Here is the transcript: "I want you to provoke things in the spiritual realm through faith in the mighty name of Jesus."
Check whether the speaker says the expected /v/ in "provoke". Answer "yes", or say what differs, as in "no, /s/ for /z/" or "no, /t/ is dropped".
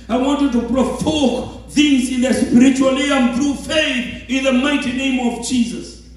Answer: no, /f/ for /v/